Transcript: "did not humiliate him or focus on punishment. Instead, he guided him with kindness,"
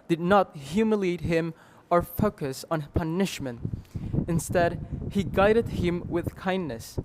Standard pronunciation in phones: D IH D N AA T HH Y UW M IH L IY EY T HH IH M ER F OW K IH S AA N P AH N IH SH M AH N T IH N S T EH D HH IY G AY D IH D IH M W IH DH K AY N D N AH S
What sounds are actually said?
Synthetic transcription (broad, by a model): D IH D N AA T HH Y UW M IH L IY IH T HH IH M ER F OW K IH S N P AH N IH SH M AH N T IH N S T EH D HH IY G AY D IH D IH M W IH DH K AY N N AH S